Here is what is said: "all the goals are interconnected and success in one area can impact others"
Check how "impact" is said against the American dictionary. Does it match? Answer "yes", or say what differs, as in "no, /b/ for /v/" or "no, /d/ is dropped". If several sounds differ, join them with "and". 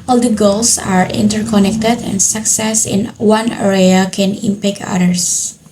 no, /t/ is dropped